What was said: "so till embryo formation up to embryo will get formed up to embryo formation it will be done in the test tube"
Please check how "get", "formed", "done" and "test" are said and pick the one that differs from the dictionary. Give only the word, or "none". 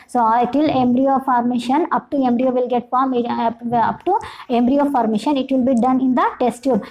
formed